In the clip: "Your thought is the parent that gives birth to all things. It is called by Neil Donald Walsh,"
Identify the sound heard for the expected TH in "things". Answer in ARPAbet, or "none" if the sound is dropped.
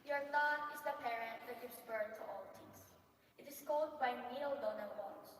T